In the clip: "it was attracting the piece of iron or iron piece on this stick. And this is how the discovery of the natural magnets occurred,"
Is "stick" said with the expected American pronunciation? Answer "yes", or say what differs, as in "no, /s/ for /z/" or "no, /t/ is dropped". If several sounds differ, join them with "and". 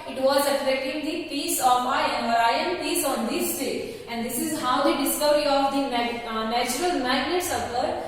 no, /k/ is dropped